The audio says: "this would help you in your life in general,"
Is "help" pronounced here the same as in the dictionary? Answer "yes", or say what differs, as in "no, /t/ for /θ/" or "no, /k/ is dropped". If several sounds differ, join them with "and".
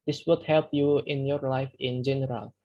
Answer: yes